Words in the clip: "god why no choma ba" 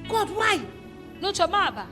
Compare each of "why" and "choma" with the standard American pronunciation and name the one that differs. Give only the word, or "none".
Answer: none